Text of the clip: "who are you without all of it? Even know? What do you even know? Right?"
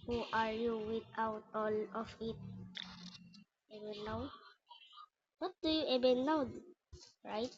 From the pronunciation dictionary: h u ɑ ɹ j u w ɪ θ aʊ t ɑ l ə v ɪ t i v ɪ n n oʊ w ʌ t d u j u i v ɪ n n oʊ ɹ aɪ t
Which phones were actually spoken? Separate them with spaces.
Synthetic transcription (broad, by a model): h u ɑ ɹ j u w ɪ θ aʊ t ɑ l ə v ɪ t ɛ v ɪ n n oʊ w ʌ t d u j u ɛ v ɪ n n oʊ ɹ aɪ t